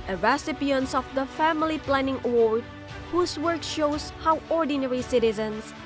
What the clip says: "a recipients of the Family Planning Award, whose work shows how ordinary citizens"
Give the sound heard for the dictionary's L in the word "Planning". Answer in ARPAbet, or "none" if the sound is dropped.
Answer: L